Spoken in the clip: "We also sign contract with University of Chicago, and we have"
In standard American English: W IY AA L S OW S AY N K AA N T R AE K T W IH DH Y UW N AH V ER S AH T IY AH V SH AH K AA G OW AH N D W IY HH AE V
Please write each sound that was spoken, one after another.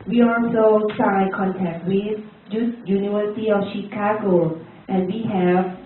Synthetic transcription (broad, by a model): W IY AA L S OW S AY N K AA N T AE K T W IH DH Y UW N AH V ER S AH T IY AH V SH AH K AA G OW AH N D W IY HH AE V